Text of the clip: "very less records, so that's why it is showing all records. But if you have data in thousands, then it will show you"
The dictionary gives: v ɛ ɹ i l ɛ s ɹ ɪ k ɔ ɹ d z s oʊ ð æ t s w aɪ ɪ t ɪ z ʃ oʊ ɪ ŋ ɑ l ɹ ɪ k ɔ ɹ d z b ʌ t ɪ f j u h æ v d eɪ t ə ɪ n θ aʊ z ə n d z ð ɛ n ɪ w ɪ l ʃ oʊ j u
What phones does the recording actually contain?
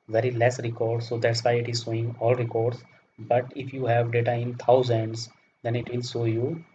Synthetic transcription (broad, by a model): v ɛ ɹ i l ɛ s ɹ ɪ k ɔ ɹ d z s oʊ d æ t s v aɪ ɪ t ɪ z s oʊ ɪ ŋ ɑ l ɹ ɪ k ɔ ɹ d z b ʌ t ɪ f j u h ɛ v d eɪ t ə ɪ n t aʊ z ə n d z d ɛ n ɪ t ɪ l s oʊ j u